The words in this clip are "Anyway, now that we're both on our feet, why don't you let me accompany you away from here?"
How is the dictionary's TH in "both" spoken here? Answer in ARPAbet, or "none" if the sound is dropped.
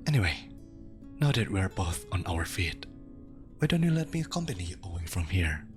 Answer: TH